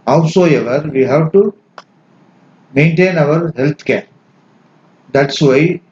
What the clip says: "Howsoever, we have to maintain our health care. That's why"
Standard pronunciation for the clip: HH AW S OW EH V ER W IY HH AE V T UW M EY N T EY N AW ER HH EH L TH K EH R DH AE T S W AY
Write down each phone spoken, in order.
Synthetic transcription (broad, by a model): HH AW S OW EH V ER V IY HH AE V T UW M EY N T EY N AW ER HH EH L T K EH R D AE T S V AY